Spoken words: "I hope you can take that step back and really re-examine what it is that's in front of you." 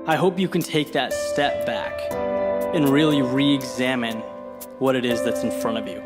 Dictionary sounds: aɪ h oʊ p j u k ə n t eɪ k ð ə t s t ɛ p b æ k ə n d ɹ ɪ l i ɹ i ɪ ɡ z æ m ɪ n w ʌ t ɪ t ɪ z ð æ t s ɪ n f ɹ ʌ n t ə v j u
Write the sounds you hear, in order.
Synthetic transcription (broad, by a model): aɪ h oʊ p j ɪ k n t eɪ k ð ə t s t ɛ p b æ k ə n ɹ ɪ l i ɹ i ɪ ɡ z æ m ɪ n w ʌ t ɪ t ɪ z ð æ t s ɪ n f ɹ ʌ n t ə v j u